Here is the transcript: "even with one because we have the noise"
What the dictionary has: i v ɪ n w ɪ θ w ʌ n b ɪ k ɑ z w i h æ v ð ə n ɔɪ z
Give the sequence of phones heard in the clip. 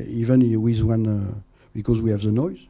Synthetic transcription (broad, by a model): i v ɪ n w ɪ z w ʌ n b ɪ k ɑ z w i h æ v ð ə n ɔɪ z